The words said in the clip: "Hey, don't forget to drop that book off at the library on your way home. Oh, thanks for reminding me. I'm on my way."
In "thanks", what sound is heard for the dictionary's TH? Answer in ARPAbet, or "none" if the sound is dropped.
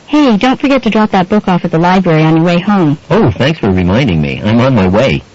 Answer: TH